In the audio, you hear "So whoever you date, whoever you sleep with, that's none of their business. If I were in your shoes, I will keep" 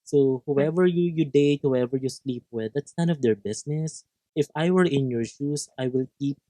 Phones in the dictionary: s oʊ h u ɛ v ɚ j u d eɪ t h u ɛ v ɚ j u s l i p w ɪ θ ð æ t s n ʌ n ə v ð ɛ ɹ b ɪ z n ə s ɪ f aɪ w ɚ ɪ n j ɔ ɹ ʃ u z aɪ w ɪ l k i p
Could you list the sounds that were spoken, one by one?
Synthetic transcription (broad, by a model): s oʊ h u ɛ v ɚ j u d eɪ t h u ɛ v ɚ j u s l i p w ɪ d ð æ t s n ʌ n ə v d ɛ ɹ b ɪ s n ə s ɪ f aɪ w ɚ ɪ n j ɔ ɹ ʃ u s aɪ w ɪ l k i p